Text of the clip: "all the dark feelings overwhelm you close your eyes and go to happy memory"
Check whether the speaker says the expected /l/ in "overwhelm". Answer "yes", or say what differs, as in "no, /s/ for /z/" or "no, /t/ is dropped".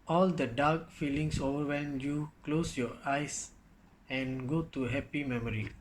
no, /l/ is dropped